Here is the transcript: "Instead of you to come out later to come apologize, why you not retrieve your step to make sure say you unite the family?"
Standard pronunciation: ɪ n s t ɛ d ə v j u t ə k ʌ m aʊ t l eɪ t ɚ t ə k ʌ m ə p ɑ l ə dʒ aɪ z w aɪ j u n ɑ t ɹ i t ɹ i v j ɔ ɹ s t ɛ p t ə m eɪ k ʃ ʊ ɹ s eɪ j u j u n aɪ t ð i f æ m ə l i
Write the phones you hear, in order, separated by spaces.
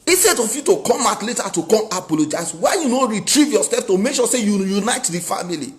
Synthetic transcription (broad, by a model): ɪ s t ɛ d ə f j u t ə k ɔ m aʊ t l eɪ t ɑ t ə k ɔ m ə p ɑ l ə dʒ aɪ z w aɪ j u n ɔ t ɹ i t ɹ i v j ɔ s ɛ f t ə m eɪ k ʃ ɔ s eɪ j u j u n aɪ t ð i f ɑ m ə l i